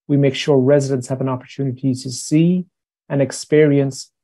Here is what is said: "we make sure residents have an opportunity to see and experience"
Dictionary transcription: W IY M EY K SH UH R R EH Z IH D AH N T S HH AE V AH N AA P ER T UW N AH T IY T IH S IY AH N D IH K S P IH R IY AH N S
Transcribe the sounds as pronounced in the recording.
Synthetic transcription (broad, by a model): W IY M EY K SH UH R R EH Z IH D AH N T S HH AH V AH N AA P ER T UW N AH T IY T IH S IY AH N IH K S P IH R IY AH N S